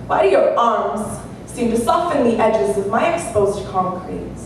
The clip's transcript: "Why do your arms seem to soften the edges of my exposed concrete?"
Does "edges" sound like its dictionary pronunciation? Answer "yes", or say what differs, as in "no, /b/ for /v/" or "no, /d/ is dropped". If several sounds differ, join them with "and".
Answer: yes